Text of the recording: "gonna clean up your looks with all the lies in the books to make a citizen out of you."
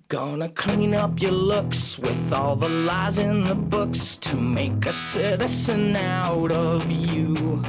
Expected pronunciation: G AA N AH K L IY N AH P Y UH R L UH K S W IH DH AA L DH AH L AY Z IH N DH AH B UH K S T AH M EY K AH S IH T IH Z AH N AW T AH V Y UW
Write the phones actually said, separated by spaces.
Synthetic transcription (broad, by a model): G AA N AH K L IY N AH P Y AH R L UH K S W IH DH AA L DH AH L AY Z IH N DH AH B UH K S T AH M EY K AH S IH T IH S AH N AW T AH V Y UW